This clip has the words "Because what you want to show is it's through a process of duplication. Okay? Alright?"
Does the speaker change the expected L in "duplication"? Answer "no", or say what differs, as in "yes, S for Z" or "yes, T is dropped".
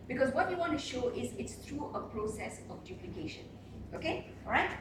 no